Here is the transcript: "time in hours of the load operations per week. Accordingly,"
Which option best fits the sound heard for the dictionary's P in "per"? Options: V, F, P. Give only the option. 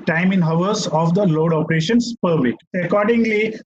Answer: P